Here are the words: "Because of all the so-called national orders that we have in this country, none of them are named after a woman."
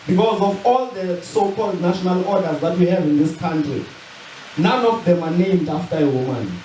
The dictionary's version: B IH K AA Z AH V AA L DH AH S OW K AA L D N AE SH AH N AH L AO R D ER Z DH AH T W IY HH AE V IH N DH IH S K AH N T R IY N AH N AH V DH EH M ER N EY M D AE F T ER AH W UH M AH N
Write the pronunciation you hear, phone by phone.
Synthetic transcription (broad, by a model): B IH K AA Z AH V AA L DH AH S OW K AA L D N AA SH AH N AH L AO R D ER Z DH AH T W IY HH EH V IH N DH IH S K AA N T R IY N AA N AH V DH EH M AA N EY M D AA F T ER AH W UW M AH N